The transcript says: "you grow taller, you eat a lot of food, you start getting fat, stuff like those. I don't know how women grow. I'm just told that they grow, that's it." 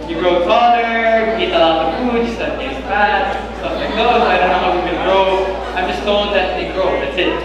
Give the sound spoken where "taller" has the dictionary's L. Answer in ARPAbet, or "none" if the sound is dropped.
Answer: N